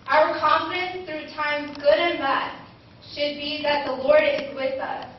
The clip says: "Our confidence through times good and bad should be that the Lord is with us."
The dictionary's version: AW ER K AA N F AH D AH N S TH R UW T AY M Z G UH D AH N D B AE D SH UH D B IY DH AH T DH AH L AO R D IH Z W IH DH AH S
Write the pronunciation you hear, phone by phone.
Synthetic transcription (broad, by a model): AW ER K AA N F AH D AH N S TH R UW T AY M Z G UH D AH N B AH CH SH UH D B IY DH AH T DH AH L AO R D IH Z W IH DH AH S